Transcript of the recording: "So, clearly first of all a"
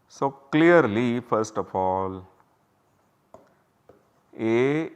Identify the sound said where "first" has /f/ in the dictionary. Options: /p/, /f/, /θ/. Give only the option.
/f/